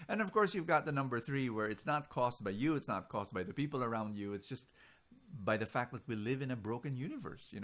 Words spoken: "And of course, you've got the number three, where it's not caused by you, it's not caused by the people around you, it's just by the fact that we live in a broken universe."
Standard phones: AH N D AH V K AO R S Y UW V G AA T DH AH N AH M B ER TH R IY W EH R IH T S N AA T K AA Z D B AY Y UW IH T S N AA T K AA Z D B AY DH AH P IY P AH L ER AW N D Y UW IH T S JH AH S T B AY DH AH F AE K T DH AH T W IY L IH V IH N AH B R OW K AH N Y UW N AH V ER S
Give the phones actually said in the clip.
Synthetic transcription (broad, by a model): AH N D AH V K AO R S Y UW V G AA T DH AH N AH M B ER TH R IY W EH R IH T S N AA T K AA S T B AY Y UW IH T S N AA T K AA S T B AY DH AH P IY P L ER AW N D Y UW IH T S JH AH S T B AY DH AH F AE K T DH AH T W IY L IH V IH N AH B R OW K AH N Y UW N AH V ER S